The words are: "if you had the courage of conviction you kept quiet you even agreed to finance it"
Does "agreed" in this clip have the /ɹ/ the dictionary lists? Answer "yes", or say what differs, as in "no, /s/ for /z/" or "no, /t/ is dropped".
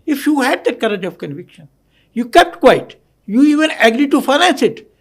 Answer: yes